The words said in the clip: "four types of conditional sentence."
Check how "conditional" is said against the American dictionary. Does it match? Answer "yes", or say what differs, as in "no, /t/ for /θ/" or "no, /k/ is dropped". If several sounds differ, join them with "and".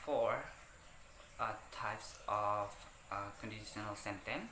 yes